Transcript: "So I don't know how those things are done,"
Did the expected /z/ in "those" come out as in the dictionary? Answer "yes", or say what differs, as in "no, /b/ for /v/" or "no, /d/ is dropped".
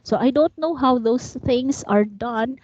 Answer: no, /s/ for /z/